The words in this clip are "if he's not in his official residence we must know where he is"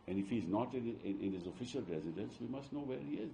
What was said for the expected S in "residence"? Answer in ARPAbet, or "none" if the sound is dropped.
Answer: S